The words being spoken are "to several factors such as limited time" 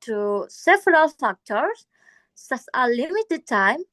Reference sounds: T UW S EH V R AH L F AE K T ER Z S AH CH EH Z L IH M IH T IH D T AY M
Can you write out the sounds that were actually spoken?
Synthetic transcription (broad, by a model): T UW S EH V R AH L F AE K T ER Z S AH S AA L IH M IH T IH D T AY M